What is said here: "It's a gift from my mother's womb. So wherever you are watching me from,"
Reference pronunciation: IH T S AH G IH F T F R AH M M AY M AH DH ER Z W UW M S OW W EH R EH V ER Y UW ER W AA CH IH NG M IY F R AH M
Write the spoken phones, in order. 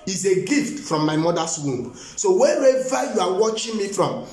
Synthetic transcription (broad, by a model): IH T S AH G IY F T F R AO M M AY M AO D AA S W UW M S OW W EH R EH V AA Y UW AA W AA CH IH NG M IY F R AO M